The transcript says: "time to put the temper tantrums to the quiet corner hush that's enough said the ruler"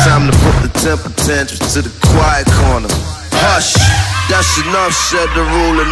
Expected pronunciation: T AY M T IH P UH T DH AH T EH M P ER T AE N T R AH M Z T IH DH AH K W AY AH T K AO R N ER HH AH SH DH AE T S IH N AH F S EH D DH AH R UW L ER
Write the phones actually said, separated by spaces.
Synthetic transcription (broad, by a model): AY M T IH P UH T DH AH T EH M P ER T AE N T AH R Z T IH DH AH K W AY AH T K AO R N ER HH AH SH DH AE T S IH N AH F S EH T DH AH R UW L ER